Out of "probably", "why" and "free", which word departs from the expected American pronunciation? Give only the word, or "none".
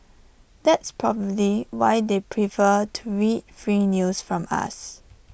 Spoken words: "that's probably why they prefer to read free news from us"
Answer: none